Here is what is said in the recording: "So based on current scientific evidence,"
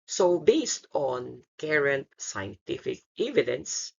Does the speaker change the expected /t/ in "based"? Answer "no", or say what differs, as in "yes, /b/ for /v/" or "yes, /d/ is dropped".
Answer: no